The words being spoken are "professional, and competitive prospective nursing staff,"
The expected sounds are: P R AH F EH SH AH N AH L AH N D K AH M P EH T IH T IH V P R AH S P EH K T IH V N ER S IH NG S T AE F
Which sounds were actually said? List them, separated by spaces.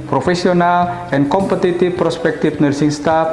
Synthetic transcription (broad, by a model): P R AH F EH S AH N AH L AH N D K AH M P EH T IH T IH F P R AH S P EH K T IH F N ER S IH NG S T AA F